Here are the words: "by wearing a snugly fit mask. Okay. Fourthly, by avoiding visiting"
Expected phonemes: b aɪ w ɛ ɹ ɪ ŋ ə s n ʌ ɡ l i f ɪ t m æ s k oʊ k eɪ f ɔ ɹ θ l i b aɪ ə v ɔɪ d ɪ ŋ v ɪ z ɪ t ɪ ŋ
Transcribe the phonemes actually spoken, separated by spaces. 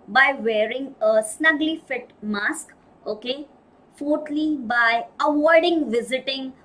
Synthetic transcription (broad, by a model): b aɪ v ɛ ɹ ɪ ŋ ə s n ʌ ɡ l i f ɪ t m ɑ s k oʊ k eɪ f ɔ ɹ t l i b aɪ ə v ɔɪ d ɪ ŋ v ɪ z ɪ t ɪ ŋ